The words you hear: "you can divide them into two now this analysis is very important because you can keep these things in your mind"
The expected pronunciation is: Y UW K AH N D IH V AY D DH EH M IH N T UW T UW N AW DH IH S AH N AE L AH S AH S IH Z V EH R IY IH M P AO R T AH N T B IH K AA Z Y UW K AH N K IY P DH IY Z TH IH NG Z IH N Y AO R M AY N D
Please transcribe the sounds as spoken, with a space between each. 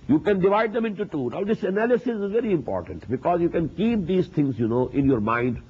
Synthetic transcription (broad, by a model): Y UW K AH N D IH V AY D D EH M IH N T UW T UW N AW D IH S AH N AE L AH S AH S IH Z V EH R IY IH M P AO R T AH N T B IH K AA Z Y UW K AH N K IY P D IY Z T IH NG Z IH N Y AO R M AY N D